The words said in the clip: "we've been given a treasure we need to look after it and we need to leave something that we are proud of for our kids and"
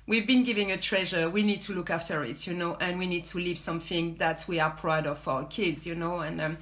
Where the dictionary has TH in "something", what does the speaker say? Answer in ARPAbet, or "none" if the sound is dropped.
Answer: TH